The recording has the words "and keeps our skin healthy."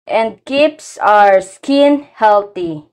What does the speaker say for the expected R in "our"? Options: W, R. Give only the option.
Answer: R